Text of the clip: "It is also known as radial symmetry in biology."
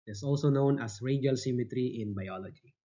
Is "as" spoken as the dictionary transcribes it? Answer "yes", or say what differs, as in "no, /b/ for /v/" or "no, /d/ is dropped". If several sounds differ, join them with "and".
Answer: no, /s/ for /z/